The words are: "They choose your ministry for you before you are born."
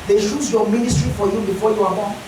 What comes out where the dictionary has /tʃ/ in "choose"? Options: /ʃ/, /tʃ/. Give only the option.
/ʃ/